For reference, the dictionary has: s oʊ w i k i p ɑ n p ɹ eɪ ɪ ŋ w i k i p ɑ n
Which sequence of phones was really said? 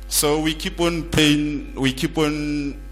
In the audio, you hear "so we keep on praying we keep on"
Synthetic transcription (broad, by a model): s oʊ w i k i p ɑ n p eɪ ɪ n w i k i p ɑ n